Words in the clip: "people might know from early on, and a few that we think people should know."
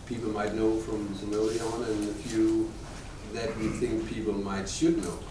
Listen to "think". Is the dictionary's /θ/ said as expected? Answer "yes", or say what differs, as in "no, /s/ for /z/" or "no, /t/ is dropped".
yes